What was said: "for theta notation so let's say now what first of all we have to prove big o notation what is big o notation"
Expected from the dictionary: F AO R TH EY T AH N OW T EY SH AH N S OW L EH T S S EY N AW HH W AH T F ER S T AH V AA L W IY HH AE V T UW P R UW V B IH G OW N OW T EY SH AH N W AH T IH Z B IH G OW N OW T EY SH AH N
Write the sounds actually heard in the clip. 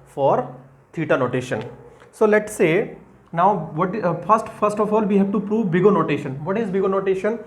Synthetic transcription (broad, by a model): F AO R T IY T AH N OW T EY SH AH N S OW L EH T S S EY N AW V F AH T F ER S T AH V AA L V IY HH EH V T UW P R UW V B IH G OW N OW T EY SH AH N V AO T IH Z B IH G OW N OW T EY SH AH N